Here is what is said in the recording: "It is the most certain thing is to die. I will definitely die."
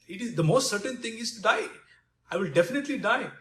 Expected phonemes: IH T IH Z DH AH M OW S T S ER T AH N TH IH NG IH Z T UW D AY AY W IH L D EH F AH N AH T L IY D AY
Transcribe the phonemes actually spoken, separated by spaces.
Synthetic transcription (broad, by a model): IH T IH Z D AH M OW S T S ER T AH N T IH NG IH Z T UW D AY AY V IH L D EH F AH N AH T L IY D AY